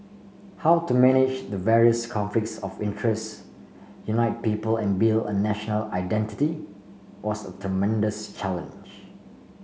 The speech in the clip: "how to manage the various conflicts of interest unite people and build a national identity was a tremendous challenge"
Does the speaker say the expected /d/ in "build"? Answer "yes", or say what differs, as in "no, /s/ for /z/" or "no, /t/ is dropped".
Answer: no, /d/ is dropped